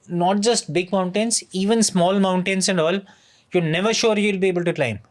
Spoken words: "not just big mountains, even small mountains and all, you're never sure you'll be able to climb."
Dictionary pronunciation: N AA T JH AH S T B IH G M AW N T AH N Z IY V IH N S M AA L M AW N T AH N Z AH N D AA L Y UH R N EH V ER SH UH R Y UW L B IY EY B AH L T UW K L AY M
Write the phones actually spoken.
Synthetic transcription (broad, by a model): N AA T JH AH S T B IH G M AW N T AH N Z IY V IH N S M AA L M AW N T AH N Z AH N D AA L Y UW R N EH V ER SH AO R Y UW L B IY EY B AH L T UW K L AY M